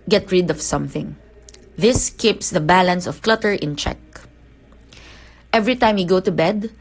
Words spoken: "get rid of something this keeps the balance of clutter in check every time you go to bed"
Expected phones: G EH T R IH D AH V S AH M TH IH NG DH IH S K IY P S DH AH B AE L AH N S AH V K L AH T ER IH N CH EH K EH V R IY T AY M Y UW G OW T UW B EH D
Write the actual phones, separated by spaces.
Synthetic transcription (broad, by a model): G EH T R IH D AH V S AH M TH IH NG DH IH S K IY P S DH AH B AE L AH N S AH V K L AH T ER IH N CH EH K EH V R IY T AY M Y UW G OW T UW B EH D